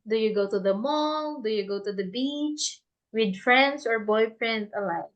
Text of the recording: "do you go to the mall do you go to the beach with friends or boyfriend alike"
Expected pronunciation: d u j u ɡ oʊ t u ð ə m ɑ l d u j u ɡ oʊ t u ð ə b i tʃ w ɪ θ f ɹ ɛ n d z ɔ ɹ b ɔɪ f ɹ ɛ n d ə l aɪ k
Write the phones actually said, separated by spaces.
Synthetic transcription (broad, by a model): d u j u ɡ oʊ t u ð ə m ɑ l d u j u ɡ oʊ t u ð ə b i tʃ w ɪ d f ɹ ɛ n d s ɔ ɹ b ɔɪ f ɹ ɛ n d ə l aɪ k